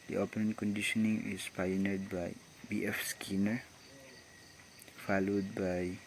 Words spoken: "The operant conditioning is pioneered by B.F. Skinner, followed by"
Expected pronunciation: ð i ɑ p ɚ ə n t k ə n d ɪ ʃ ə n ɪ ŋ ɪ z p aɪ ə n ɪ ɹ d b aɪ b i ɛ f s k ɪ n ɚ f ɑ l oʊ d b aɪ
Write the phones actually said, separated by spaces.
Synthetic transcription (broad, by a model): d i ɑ p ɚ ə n k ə n d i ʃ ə n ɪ ŋ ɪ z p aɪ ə n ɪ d b aɪ b i ɛ f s k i n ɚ f ɑ l oʊ d b aɪ